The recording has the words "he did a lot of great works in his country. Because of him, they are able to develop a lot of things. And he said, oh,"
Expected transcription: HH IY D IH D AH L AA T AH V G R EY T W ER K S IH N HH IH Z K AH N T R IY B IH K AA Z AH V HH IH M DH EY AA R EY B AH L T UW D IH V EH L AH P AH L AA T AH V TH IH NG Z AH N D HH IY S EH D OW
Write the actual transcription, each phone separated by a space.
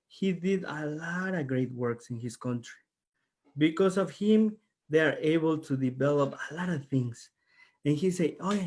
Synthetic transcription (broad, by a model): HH IY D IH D AH L AA T AH V G R EY T W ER K S IH N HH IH S K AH N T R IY B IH K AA S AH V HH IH M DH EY AA R EY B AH L T UW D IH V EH L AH P AH L AA T AH V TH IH NG S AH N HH IY S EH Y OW